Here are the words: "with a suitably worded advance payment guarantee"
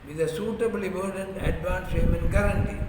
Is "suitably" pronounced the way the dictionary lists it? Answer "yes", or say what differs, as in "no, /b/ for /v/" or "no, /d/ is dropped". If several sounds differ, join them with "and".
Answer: yes